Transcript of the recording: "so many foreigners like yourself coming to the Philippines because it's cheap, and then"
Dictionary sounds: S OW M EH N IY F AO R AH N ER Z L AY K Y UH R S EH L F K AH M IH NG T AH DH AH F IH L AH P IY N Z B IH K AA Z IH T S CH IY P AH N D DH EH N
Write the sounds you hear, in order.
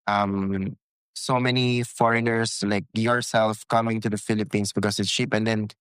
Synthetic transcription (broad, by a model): S OW M EH N IY F AO R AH N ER S L AY K Y UH R S EH L F K AH M IH NG T AH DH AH F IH L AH P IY N S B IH K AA S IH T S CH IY P AH N D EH N